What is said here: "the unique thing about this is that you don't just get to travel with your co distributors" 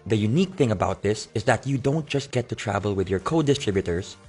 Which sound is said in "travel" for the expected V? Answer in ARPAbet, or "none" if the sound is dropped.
V